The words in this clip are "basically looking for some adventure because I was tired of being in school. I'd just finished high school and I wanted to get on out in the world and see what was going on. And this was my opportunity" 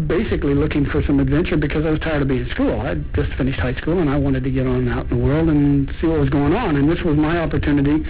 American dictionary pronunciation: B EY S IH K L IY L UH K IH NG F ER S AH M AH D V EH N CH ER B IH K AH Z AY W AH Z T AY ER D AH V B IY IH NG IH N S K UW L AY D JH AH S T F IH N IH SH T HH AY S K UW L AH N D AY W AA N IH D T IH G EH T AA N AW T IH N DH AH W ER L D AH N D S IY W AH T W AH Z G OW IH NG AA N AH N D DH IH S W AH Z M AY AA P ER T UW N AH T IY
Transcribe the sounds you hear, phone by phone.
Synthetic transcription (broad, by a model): B EY S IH K L IY L UH K IH NG F ER S AH M AH D V EH N CH ER B IH K AH Z AY W AH Z T AY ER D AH B IY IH IH N S K UW L AY JH AH S T F IH N IH SH T HH AY S K UW L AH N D AY W AA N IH D T IH G EH T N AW IH N DH AH W ER L D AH N S IY W AH T W AH Z G OW IH NG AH N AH N DH IH S W AH Z M AY AA P ER T UW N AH T IY